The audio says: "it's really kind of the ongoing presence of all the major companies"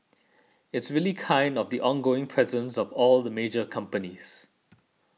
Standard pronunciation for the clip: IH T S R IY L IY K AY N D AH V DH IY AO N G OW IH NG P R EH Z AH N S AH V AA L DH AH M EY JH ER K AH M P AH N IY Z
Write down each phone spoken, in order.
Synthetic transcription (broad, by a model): IH T S R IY L IY K AY N D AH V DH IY AO N G OW IH NG P R EH Z AH N S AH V AA L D AH M EY JH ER K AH M P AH N IY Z